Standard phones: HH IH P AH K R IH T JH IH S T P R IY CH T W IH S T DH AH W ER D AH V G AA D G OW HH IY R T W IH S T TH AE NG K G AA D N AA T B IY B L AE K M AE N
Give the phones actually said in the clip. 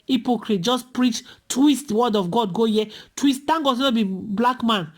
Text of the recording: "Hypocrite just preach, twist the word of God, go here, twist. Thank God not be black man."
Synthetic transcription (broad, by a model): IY P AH K R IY T JH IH S P R IY CH T W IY S T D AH W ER D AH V G AA D G OW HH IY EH T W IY S T T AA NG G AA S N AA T B IY B L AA K M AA N